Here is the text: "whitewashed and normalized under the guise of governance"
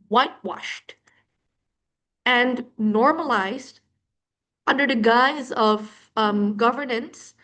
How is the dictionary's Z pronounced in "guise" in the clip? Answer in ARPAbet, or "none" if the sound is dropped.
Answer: Z